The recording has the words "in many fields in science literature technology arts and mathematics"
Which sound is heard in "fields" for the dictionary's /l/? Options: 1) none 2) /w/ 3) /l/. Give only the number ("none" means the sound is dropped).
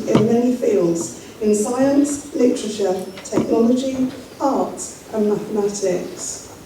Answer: 3